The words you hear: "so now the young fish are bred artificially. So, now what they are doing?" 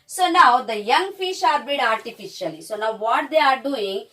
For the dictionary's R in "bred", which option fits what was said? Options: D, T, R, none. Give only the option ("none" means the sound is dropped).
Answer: none